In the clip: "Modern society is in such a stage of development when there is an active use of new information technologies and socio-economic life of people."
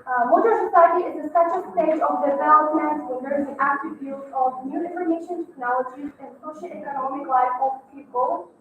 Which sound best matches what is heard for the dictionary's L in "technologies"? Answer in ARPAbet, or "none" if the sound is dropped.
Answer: L